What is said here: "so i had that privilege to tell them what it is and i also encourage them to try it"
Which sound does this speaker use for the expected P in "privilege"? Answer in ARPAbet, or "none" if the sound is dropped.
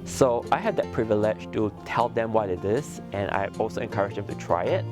P